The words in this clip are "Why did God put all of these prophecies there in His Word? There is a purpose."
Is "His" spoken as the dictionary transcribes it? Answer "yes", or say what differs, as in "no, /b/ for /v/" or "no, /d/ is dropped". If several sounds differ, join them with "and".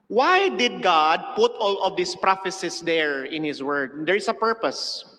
no, /s/ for /z/